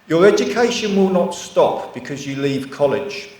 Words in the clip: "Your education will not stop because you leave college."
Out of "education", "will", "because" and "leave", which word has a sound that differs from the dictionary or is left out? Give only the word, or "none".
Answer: none